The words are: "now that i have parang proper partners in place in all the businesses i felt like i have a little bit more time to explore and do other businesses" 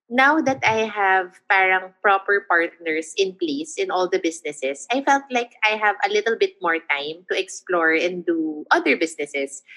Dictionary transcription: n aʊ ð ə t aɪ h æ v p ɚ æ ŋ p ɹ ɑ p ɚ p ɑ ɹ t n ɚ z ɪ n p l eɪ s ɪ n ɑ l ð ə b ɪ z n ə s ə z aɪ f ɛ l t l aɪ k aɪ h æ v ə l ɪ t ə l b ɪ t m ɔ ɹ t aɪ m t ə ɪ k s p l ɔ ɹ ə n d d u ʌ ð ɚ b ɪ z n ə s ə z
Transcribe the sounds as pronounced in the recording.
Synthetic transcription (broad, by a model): n aʊ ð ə t aɪ h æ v p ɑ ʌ ŋ p ɹ ɑ p ɚ p ɑ ɹ t n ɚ s ɪ n p l eɪ s ɪ n ɑ l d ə b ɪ s n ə s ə s aɪ f ɛ l t l aɪ k aɪ h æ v ə l ɪ t ə l b ɪ t m ɔ ɹ t aɪ m t ə ɪ k s p l ɔ ɹ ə n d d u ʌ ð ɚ b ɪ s n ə s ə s